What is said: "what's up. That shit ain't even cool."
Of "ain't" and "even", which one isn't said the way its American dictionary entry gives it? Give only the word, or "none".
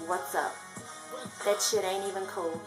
ain't